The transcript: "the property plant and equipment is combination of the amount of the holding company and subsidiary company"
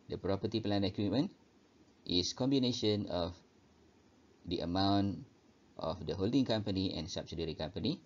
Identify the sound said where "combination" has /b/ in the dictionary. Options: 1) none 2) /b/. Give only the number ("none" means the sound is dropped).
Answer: 2